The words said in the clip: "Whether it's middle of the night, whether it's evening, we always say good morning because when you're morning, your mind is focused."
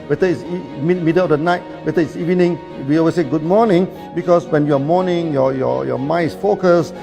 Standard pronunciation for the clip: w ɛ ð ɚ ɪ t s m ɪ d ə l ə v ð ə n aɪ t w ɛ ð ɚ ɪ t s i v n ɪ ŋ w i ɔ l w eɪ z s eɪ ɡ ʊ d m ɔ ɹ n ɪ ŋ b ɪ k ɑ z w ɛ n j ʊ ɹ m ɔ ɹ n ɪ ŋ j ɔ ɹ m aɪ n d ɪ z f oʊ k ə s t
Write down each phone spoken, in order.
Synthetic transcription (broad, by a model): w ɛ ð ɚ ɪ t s m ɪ d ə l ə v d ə n aɪ t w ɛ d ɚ ɪ t s i v n ɪ ŋ w i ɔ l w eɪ s eɪ ɡ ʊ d m ɔ n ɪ ŋ b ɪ k ɑ s w ɛ n j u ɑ m ɔ n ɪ ŋ j ɔ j m aɪ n ɪ s f oʊ k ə s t